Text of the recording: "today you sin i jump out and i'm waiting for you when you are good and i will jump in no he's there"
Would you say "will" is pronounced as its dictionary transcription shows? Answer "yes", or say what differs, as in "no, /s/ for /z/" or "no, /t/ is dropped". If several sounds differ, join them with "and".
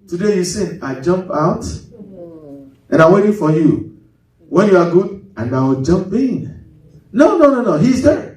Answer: no, /w/ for /l/